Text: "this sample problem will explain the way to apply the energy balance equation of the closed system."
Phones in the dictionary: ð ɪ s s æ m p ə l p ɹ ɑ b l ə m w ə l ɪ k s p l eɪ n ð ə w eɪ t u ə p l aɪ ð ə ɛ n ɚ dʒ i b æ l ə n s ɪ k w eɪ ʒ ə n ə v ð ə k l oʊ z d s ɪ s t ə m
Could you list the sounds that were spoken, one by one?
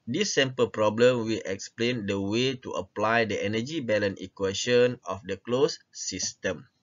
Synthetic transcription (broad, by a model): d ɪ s s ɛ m p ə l p ɹ ɑ b l ə m w ə l ɪ k s p l eɪ n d ə w eɪ t u ə p l aɪ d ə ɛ n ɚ dʒ i b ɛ l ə n ɪ k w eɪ ʃ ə n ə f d ə k l oʊ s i s t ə m